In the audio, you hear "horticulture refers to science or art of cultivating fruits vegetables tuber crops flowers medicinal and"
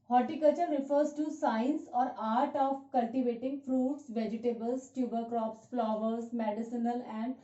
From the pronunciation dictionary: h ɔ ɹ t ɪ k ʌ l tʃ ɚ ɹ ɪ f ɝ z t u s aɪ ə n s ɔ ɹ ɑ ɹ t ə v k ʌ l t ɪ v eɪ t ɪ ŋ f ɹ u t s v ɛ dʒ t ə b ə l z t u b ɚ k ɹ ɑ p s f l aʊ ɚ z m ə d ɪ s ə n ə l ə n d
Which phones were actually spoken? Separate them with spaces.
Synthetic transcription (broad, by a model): h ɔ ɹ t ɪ k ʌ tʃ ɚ ɹ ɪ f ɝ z t u s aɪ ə n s ɔ ɹ ɑ ɹ t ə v k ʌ l t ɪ v eɪ t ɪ ŋ f ɹ u t s v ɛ dʒ t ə b ə l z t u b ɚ k ɹ ɑ p s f l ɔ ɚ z m ə d ɪ s ə n ə l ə n d